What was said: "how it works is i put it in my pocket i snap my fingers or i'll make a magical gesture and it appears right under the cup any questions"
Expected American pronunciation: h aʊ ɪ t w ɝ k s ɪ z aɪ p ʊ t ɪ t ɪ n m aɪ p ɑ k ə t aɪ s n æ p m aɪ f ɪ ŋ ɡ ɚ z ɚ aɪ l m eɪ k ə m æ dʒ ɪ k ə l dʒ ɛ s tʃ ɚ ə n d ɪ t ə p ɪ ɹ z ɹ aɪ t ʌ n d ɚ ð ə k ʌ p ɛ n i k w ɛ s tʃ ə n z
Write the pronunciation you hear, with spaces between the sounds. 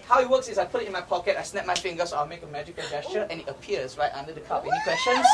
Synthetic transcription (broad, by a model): h aʊ ɪ t w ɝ k s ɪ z aɪ p ʊ t ɪ t ɪ n m aɪ p ɑ k ə t aɪ s n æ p m aɪ f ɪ ŋ ɡ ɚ s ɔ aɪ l m eɪ k ə m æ dʒ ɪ k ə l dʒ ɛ s tʃ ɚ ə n ɪ t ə p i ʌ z ɹ aɪ t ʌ n d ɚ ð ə k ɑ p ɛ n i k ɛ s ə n